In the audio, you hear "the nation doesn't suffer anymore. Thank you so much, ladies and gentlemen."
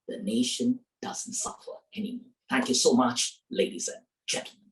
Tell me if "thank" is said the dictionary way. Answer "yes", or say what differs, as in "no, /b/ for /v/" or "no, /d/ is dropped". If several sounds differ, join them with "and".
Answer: yes